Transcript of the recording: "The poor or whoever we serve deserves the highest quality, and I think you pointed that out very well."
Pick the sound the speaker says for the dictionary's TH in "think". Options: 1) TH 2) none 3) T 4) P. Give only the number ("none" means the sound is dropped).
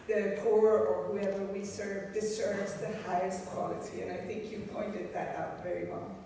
1